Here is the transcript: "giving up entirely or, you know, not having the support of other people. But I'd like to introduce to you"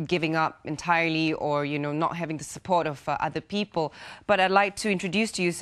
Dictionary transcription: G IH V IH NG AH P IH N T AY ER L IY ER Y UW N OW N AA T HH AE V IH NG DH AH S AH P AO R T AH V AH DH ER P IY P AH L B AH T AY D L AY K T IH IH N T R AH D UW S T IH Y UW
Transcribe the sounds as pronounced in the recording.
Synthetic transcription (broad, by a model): G IH V IH NG AH P IH N T AY ER L IY ER Y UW N OW N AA T HH AE V IH NG DH AH S AH P AO R T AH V AH DH ER P IY P AH L B AH T AY D L AY K T IH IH N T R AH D UW S T IH Y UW